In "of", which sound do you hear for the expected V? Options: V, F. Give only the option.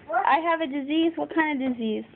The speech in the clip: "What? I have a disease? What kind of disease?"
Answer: V